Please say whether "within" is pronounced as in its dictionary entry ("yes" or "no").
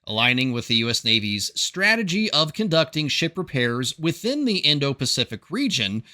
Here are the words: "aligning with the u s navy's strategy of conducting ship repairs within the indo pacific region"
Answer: yes